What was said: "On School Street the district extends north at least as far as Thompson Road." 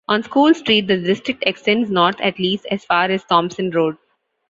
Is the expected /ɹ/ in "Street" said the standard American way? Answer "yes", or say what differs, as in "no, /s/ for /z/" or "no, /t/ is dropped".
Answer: yes